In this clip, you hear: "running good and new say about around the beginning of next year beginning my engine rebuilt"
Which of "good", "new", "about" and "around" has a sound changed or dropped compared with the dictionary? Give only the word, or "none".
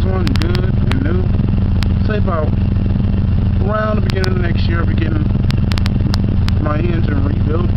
about